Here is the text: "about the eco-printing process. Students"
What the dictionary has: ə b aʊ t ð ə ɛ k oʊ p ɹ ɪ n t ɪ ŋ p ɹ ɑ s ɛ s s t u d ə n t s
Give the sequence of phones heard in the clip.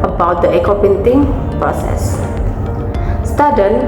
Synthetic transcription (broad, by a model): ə b aʊ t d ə ɛ k oʊ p ɪ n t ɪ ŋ p ɹ ɑ s ɛ s s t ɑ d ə n